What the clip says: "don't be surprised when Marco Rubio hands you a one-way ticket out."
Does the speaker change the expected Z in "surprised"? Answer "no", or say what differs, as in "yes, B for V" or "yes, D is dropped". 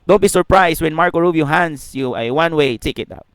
yes, S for Z